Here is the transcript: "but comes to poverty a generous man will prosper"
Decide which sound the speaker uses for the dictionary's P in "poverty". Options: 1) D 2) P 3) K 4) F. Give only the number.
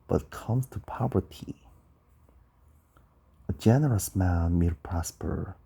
2